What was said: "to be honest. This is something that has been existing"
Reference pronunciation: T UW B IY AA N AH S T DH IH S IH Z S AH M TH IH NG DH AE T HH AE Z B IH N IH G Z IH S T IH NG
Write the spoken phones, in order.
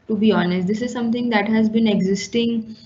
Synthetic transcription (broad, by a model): T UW B IY AA N AH S T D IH S IH Z S AH M T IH NG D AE T HH AE Z B IH N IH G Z IH S T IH NG